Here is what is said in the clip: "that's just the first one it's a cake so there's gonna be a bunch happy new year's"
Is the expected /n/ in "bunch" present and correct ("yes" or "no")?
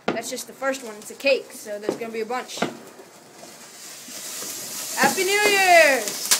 yes